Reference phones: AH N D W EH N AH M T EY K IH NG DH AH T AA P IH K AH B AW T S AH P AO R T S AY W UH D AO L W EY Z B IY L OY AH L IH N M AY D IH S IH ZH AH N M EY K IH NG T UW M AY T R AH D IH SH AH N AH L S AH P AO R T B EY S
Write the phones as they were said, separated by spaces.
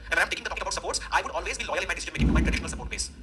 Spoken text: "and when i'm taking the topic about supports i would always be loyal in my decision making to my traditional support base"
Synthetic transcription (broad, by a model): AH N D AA AH M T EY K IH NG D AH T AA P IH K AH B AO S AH P AO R T S AY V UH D AO L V EY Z B IY L OY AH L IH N M AY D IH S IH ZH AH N M EY K IH NG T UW M AY T R AH D IH SH AH N AH L S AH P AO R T B EY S